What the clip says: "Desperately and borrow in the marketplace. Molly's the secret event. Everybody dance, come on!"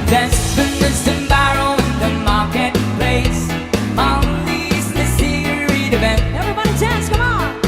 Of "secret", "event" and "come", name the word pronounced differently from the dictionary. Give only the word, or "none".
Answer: secret